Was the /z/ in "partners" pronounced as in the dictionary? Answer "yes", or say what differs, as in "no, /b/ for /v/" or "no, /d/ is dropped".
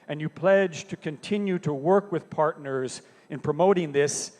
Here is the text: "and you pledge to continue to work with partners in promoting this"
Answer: yes